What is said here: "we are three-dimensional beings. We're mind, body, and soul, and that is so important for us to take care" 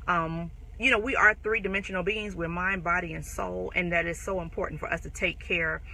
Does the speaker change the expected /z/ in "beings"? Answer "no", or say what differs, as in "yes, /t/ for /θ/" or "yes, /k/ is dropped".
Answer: no